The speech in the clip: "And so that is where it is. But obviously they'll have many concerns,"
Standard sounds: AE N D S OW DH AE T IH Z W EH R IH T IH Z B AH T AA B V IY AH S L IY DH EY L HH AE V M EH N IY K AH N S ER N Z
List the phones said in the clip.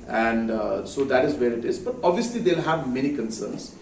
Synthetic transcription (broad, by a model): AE N D S OW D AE T IH Z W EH R IH T IH Z B AH T AA B V IY AH S L IY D EY L HH AE V M EH N IY K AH N S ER N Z